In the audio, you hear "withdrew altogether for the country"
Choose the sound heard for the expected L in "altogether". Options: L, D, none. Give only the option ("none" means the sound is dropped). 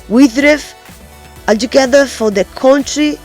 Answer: none